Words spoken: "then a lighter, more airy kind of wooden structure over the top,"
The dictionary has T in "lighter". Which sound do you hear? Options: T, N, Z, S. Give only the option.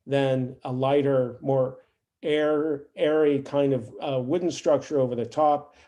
T